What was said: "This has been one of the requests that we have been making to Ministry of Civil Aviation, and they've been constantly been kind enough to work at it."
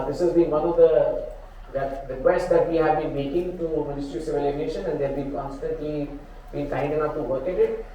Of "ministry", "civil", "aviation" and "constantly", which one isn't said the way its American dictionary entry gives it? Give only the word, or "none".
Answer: aviation